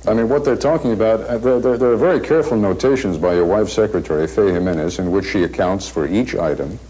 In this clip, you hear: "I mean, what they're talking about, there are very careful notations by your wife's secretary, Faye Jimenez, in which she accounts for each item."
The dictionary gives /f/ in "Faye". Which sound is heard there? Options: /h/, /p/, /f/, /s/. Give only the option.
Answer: /f/